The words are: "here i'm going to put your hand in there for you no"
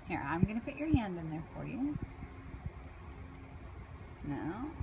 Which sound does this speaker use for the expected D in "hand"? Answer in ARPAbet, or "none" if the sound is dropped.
D